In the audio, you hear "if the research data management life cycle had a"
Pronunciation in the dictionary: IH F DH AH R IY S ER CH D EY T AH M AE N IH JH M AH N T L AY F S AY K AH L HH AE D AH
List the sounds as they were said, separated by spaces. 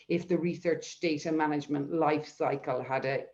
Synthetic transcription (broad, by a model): IH F DH AH R IY S ER CH D EY T AH M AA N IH JH M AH N T L AY F S AY K AH L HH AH D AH